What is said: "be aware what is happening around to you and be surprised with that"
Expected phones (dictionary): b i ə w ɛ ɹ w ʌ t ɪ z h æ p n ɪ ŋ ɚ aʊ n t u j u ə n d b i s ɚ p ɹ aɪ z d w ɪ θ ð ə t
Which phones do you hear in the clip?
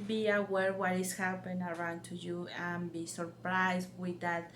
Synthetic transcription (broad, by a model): b i ə w ɛ ɹ w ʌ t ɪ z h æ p ɪ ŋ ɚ aʊ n t u j u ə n b i s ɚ p ɹ aɪ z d w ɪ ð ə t